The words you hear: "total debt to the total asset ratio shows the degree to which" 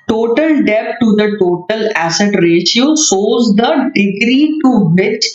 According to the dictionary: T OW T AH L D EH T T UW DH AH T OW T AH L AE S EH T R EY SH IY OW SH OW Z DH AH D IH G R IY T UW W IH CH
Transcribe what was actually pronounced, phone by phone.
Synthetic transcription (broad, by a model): T OW T AH L D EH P T UW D AH T OW T AH L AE S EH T R EY SH IY OW S OW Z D AH D IH G R IY T UW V IH CH